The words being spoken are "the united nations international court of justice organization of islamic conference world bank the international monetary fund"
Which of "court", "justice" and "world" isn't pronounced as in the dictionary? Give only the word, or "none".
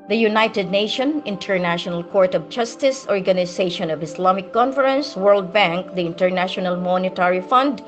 none